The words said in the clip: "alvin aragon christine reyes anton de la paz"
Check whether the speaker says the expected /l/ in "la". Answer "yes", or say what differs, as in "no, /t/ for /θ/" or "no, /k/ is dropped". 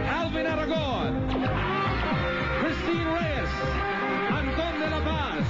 no, /n/ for /l/